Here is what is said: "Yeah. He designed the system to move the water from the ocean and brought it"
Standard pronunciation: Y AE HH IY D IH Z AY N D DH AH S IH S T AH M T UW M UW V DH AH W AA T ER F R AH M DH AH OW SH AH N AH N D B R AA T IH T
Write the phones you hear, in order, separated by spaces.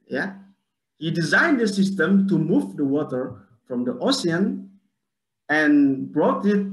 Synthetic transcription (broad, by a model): Y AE HH IY D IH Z AY N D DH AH S IH S T AH M T UW M UW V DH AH W AA T ER F R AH M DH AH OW S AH N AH N B R AA T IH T